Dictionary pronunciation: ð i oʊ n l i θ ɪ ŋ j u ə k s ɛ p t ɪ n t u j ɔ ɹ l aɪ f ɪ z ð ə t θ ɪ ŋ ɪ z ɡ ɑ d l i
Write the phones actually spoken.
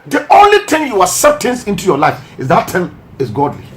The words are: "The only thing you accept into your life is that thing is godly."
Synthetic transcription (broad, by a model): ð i oʊ n l i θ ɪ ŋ j u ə s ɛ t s ɪ n t u j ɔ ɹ l aɪ f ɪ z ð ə t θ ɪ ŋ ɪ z ɡ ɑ d l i